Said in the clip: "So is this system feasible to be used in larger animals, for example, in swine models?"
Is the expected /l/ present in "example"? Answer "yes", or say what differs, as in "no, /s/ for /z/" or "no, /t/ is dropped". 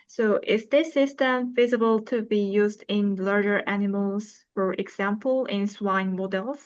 yes